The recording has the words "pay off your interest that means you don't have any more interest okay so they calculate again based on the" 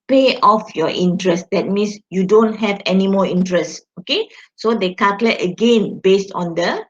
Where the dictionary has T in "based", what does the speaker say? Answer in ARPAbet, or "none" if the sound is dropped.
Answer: T